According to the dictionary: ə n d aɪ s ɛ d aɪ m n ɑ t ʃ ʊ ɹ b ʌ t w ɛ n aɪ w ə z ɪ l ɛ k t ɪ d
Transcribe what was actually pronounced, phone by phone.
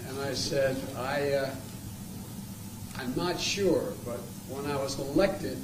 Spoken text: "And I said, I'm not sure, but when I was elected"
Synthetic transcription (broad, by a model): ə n aɪ s ɛ d aɪ m n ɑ t ʃ ʊ ɹ b ʌ t w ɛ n aɪ w ə z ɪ l ɛ k t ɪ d